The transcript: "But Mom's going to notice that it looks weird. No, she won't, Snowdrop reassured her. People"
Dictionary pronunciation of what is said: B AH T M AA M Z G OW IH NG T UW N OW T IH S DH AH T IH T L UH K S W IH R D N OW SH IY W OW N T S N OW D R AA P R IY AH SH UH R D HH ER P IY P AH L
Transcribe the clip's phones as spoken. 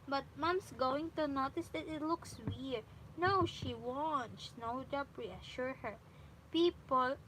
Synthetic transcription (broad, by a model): B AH T M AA M S G OW IH NG T UW N OW T IH S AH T IH T L UH K S W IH R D N OW SH IY W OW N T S N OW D AA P R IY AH SH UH R HH ER P IY P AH L